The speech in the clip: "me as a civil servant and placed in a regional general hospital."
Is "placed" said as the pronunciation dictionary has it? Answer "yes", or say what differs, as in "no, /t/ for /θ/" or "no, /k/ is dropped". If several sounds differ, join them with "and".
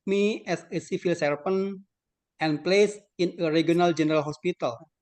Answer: no, /t/ is dropped